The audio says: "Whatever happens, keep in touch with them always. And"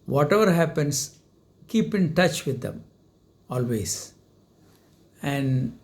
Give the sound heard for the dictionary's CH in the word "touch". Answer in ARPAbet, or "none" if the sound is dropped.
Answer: CH